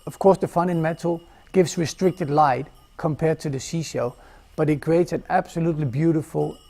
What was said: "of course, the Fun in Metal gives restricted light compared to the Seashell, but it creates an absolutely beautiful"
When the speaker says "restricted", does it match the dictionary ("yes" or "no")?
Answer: yes